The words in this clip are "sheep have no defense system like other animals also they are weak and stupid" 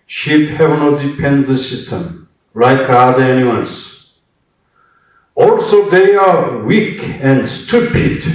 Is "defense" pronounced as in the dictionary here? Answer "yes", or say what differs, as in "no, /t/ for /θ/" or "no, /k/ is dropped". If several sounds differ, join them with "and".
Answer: no, /p/ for /f/